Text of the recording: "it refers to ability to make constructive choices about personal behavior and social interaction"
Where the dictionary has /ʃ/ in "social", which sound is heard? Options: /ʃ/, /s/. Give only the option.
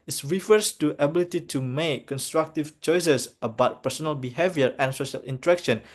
/ʃ/